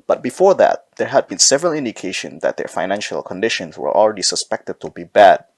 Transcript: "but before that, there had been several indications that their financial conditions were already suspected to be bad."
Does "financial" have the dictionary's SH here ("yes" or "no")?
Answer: yes